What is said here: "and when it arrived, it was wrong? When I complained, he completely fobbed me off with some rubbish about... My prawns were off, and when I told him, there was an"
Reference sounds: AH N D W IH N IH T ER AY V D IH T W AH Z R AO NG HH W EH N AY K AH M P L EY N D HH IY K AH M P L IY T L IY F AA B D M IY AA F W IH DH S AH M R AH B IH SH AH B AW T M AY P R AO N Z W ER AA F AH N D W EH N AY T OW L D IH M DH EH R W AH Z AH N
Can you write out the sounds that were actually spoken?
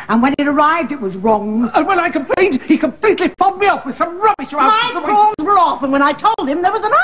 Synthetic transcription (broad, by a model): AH N W IH N IH T ER AY V D IH T W AH Z R AO NG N W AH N AY K AH M P L EY N D HH IY K AH M P L IY T L IY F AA D M IY AA F W IH DH S AH M R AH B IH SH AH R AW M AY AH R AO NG Z W ER AA F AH N W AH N AY T OW L D IH M DH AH R W AH Z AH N